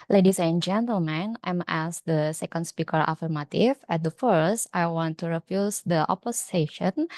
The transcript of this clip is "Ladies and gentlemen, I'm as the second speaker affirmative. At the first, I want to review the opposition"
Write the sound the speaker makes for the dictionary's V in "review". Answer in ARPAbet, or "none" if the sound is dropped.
F